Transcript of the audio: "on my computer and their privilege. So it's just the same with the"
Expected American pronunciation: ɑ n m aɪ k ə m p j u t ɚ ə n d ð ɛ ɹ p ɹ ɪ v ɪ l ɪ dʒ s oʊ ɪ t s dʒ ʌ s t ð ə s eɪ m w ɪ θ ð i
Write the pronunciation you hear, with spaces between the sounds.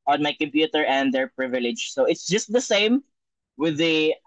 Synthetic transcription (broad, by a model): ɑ n m aɪ k ə m p j u t ɚ ə n d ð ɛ ɹ p ɹ ɪ v ɪ l ɪ dʒ s oʊ ɪ t s dʒ ʌ s t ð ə s eɪ m w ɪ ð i